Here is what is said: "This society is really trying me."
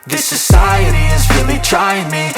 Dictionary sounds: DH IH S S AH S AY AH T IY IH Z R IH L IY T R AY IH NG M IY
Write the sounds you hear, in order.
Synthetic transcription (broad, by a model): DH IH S S AH S AY AH T IY IH Z R IH L IY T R AY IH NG M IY